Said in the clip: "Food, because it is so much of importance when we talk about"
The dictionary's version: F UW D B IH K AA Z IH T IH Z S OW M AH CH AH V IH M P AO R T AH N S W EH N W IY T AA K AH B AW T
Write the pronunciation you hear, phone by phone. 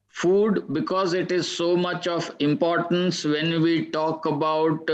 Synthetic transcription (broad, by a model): F UW D B IH K AA Z IH T IH Z S OW M AH CH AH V IH M P AO R T AH N S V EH N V IY T AA K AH B AW T